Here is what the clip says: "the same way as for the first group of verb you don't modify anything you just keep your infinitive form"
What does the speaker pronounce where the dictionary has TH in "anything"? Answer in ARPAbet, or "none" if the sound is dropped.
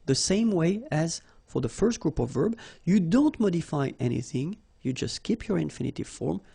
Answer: TH